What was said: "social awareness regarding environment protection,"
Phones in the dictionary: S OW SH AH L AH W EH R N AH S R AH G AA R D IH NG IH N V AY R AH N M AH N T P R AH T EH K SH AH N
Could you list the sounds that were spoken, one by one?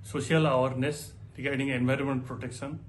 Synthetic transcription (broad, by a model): S OW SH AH L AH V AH R N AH S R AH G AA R D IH NG IH N V AY R AH N M AH N T P R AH T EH K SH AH N